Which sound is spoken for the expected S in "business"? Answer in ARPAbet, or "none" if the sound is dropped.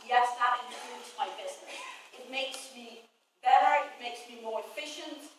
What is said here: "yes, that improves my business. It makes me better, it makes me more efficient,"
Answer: none